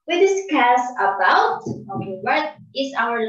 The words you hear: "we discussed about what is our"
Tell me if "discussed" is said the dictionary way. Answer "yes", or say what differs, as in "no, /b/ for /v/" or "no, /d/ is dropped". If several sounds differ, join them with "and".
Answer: no, /t/ is dropped